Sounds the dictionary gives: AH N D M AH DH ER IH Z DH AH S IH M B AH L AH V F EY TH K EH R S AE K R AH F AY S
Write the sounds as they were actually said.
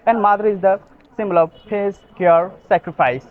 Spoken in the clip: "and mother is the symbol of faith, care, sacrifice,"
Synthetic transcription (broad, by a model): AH N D M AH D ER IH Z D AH S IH M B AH L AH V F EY S K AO R S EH K R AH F AY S